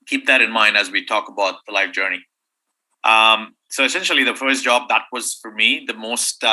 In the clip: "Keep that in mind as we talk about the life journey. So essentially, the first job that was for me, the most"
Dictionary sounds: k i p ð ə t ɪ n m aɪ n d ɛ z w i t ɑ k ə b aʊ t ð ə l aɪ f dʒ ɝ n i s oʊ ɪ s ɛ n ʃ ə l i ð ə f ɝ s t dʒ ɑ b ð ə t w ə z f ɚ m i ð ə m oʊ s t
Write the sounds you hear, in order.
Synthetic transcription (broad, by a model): k i p ð ə t ɪ n m aɪ n d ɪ z w i t ɑ k ə b aʊ t ð ə l aɪ f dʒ ɝ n i s oʊ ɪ s ɛ n ʃ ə l i ð ə f ɝ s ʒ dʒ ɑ b ð ə t w ə z f ɚ m i ð ə m oʊ s t